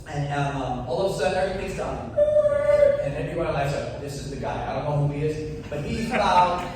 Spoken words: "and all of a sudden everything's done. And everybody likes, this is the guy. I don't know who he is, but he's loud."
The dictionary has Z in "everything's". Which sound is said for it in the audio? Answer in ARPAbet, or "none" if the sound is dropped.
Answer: Z